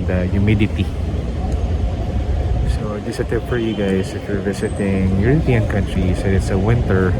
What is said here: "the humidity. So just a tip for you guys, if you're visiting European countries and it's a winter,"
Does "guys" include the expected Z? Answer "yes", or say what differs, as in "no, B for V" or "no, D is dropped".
no, S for Z